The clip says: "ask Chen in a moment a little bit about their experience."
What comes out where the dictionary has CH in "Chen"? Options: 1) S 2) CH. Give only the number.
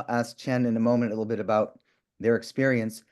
2